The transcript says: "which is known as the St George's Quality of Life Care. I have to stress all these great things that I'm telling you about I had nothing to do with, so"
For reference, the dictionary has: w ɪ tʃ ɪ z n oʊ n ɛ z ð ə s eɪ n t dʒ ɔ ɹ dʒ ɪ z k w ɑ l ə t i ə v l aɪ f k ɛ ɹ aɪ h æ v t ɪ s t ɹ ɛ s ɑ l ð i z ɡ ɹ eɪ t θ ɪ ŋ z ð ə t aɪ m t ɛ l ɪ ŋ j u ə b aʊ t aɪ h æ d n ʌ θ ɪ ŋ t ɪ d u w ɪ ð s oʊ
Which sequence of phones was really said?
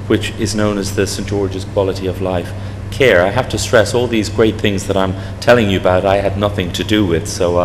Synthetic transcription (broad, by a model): w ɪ tʃ ɪ z n oʊ n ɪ z ð ə s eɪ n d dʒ ɔ ɹ dʒ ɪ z k w ɑ l ə t i ə v l aɪ f k ɛ ɹ aɪ h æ f t ɪ s t ɹ ɛ s ɑ l ð i z ɡ ɹ eɪ t θ ɪ ŋ z ð ə t aɪ m t ɛ l ɪ ŋ j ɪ ə b aʊ t aɪ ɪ d n ʌ θ ɪ ŋ t ɪ d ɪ w ɪ ð s oʊ